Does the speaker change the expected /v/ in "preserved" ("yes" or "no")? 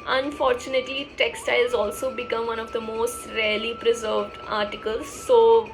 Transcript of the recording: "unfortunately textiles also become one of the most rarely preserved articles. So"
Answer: no